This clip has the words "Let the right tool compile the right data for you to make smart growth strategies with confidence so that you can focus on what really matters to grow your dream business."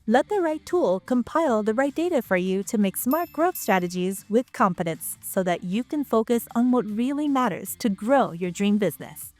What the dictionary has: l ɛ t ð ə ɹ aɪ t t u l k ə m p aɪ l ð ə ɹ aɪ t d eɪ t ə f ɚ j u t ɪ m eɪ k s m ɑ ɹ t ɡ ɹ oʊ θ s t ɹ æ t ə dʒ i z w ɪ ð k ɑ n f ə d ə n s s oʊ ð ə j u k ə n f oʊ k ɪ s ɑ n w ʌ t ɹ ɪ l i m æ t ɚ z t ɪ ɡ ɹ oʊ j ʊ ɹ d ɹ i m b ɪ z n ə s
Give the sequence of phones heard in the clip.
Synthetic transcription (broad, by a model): l ɛ t ð ə ɹ aɪ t t u l k ə m p aɪ l ð ə ɹ aɪ t d eɪ t ə f ɚ j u t ɪ m eɪ k s m ɑ ɹ t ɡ ɹ oʊ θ s t ɹ æ t ə dʒ i z w ɪ ð k ɑ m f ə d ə n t s oʊ ð ə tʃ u k ə n f oʊ k ɪ s n w ʌ t ɹ ɪ l i m æ t ɚ z t ɪ ɡ ɹ oʊ j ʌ ɹ d ɹ i m b ɪ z n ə s